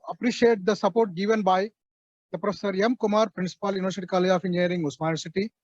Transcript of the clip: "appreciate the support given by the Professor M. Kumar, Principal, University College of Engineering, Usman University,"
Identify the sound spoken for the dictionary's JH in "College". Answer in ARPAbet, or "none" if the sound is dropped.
none